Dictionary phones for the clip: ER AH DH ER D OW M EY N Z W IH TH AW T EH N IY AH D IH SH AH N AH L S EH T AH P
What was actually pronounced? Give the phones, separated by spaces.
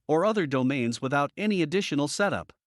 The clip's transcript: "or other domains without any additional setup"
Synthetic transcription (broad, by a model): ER AH DH ER D OW M EY N Z W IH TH AW T EH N IY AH D IH SH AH N L S EH T AH P